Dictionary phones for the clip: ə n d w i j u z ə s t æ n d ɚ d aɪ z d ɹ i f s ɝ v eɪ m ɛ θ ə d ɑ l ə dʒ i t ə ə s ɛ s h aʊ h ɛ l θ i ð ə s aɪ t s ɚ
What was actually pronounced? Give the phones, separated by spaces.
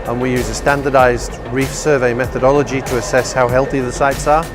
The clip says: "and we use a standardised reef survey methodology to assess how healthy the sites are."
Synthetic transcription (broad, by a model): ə n w i j u z ə s t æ n d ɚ d aɪ z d ɹ i f s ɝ v eɪ m ɛ θ ə d ɑ l ə dʒ i t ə ə s ɛ s h aʊ h ɛ l θ i ð ə s aɪ t s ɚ